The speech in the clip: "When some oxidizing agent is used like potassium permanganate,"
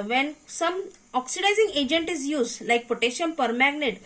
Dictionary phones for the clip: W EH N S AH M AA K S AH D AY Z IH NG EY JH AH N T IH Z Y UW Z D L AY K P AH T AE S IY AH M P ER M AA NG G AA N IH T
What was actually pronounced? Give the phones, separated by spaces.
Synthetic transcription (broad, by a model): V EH N S AH M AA K S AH D AY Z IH NG EY JH AH N T IH Z Y UW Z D L AY K P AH T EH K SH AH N P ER M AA G N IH T